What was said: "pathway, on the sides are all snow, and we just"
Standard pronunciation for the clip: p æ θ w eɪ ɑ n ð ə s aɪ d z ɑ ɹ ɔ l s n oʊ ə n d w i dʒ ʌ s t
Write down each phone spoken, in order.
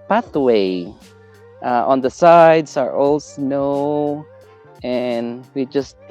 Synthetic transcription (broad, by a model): p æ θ w eɪ ɑ n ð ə s aɪ d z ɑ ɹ ɔ l s n oʊ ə n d w i dʒ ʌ s t